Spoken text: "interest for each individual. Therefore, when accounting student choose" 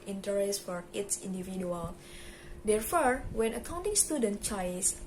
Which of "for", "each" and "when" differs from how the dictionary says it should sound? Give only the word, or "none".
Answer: each